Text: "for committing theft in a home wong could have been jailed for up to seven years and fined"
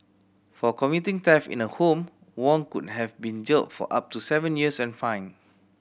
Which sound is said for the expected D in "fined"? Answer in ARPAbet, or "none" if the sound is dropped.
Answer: none